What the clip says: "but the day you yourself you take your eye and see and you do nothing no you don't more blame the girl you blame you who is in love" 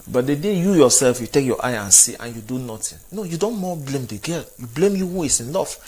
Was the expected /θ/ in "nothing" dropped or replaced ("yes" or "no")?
yes